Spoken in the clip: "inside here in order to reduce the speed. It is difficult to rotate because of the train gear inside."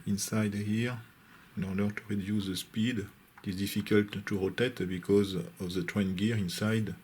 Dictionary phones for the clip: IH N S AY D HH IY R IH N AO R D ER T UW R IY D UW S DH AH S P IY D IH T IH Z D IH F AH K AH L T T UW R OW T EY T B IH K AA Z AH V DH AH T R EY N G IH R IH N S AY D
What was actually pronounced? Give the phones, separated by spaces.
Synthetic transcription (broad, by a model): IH N S AY D HH IY R IH N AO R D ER T UW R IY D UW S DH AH S P IY D IH T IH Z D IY F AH K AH L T T UW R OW T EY T B IH K AA Z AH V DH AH T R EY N G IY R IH N S AY D